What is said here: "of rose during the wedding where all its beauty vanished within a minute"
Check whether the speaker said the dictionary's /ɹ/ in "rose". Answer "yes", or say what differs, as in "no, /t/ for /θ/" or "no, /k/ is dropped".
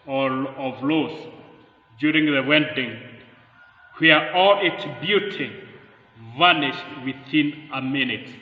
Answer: no, /l/ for /ɹ/